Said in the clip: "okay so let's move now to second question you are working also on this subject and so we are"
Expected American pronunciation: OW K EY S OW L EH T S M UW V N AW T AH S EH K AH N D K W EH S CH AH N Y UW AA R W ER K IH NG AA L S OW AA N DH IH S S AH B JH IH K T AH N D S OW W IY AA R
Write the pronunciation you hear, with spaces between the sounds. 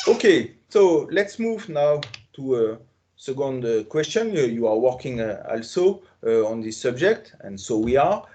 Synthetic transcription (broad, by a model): OW K EY S OW L EH T S M UW V N AW T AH S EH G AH N D K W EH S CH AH N Y UW AA R W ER K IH NG AA L S OW AA N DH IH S S AH B JH IH K T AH N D S OW W IY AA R